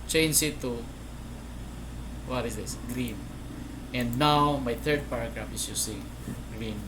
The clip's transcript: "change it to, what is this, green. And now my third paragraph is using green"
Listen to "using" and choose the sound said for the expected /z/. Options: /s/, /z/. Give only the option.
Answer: /s/